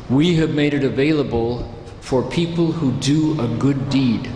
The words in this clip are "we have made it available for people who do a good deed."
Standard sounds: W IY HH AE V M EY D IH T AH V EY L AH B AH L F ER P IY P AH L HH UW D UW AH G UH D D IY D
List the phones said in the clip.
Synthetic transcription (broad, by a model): W IY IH V M EY D IH T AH V EY L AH B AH L F ER P IY P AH L HH UW D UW AH G UH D D IY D